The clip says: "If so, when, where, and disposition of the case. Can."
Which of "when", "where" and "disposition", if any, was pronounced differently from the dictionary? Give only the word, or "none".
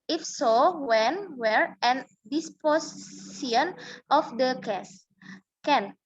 disposition